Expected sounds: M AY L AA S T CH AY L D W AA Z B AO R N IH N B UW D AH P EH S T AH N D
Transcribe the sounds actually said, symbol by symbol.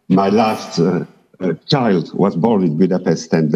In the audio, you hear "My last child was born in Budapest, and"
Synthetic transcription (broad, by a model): M AY L AA S T CH AY L D W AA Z B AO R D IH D B UW D AH P EH S T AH N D